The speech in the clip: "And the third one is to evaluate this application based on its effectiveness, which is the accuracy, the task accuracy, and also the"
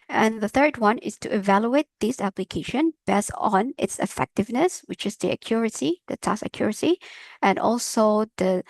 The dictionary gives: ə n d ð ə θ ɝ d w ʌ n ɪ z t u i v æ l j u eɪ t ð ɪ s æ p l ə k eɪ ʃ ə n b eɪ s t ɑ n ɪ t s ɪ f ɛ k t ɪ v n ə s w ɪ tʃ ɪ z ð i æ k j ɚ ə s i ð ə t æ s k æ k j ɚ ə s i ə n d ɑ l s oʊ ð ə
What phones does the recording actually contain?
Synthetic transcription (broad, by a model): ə n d ð ə θ ɝ d w ʌ n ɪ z t u i v æ l j u eɪ t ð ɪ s æ p l ə k eɪ ʃ ə n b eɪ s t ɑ n ɪ t s ɪ f ɛ k t ɪ v n ə s w ɪ tʃ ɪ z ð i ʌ k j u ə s i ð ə t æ s ʌ k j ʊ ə s i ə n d ɑ l s oʊ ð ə